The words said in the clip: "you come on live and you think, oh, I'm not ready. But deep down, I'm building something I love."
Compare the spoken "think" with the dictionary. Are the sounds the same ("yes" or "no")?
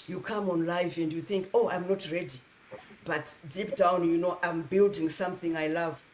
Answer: yes